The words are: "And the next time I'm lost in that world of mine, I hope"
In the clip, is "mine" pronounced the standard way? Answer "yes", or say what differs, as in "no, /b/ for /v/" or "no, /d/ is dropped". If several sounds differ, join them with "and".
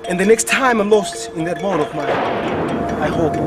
no, /n/ is dropped